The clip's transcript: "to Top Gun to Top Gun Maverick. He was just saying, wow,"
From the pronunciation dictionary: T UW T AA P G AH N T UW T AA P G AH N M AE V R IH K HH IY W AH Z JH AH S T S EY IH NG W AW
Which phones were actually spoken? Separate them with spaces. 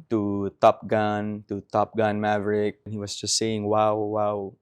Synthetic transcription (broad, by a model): T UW T AA P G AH N T UW T AA P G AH N M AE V R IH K HH IY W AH S JH AH S T S EY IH NG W AW